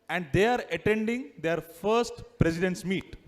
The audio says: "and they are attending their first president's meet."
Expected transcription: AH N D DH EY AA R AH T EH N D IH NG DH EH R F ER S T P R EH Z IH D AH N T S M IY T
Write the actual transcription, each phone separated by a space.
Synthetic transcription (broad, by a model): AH N D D EY AA R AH T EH N D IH NG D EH R F ER S T P R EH S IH D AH N T S M IY T